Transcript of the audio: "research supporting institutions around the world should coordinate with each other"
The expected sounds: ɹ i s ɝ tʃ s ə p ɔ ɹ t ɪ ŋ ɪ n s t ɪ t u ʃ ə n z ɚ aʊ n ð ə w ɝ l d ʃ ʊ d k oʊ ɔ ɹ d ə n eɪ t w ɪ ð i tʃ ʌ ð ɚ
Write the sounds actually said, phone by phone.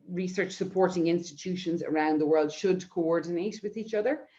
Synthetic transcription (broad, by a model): ɹ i s ɝ tʃ s ə p ɔ ɹ t ɪ ŋ ɪ n s t ɪ t u ʃ ə n z ɚ aʊ n ð ə w ɝ l d ʃ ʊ d k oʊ ɔ ɹ d n eɪ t w ɪ ð i tʃ ʌ ð ɚ